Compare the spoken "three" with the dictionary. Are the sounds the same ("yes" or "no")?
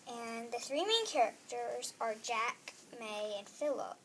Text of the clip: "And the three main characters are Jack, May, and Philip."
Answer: yes